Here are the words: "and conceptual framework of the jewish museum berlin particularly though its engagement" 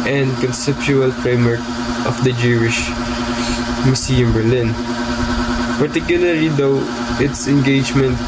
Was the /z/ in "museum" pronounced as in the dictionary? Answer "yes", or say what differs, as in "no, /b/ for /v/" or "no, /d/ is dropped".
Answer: no, /s/ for /z/